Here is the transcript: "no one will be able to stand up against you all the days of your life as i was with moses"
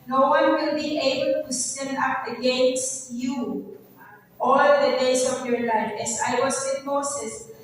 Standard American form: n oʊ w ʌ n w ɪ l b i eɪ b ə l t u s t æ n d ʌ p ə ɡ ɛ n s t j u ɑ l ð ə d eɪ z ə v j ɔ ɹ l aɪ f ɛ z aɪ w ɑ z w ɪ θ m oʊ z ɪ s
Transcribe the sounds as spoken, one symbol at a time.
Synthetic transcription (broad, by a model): n oʊ w ʌ n w ɪ l b i eɪ b ə l t u s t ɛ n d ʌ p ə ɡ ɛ n s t j u ɑ l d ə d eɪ s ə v j ɔ ɹ l aɪ f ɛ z aɪ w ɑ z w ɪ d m oʊ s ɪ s